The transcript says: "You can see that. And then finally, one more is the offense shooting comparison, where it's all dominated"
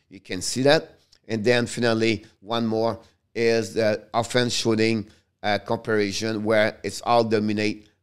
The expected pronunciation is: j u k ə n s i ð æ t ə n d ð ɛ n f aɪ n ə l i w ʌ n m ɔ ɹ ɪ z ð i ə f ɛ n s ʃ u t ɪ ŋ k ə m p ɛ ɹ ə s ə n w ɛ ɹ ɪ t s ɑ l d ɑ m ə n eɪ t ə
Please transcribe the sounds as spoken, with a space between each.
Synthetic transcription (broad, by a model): j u k ə n s i ð æ t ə n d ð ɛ n f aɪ n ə l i w ʌ n m ɔ ɹ ɪ z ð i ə f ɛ n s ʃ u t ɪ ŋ k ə m p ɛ ɹ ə ʃ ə n w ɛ ɹ ɪ t s ɑ l d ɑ m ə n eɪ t